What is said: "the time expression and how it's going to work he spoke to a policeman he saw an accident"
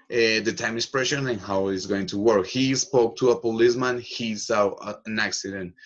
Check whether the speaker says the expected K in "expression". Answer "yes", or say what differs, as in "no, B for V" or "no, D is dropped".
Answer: no, K is dropped